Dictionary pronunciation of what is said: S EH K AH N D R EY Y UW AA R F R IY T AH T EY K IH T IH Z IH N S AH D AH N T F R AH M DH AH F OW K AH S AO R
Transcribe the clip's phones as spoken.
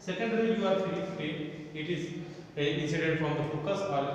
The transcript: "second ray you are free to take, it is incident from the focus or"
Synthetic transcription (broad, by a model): S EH K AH N D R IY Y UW AA R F IY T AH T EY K IH T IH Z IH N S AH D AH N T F R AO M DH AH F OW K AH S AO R